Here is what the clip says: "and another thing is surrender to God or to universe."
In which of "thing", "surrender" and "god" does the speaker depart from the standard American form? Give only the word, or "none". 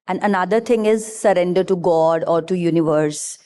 thing